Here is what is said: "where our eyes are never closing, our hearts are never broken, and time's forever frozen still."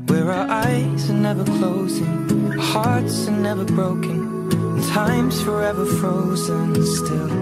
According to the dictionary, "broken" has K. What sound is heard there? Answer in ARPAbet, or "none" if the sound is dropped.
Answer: none